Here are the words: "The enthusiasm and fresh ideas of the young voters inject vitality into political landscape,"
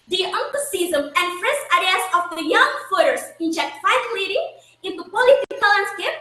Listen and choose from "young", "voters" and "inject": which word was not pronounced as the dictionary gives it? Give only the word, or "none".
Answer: voters